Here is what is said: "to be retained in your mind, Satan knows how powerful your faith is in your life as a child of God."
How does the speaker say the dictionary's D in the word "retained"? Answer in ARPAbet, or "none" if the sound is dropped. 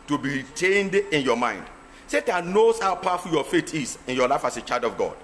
D